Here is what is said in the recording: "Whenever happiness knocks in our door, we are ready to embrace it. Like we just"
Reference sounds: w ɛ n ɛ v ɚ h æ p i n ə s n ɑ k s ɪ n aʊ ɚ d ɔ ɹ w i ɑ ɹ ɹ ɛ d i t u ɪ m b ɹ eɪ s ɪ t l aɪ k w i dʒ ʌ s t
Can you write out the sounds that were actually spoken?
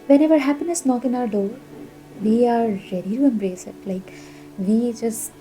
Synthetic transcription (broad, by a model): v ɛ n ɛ v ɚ h æ p i n ə s n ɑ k ɪ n aʊ ɚ d ɔ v i ɑ ɹ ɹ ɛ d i t u ɪ m b ɹ eɪ s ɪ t l aɪ k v i dʒ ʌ s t